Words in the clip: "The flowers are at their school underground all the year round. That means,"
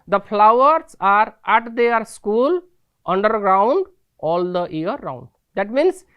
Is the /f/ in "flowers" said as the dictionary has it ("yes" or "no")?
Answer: no